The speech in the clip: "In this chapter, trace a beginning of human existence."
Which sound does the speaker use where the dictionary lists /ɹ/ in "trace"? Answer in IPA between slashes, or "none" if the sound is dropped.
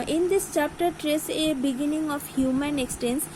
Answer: /ɹ/